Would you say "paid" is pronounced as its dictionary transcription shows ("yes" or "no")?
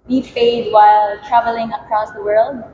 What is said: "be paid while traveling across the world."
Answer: no